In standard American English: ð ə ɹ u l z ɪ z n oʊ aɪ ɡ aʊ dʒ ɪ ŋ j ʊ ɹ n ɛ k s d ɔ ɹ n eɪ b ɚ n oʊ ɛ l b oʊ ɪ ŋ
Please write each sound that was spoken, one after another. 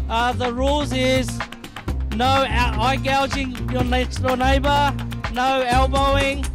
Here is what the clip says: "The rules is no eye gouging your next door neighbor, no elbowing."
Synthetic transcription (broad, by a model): ð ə ɹ u l z ɪ z n oʊ aɪ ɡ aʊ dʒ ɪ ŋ j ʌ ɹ n ɛ k s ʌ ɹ n eɪ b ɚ n oʊ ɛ l b oʊ ɪ ŋ